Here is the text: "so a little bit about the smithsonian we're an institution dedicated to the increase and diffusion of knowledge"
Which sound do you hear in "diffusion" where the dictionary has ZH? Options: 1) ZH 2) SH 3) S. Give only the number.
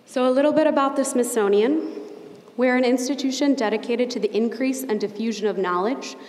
1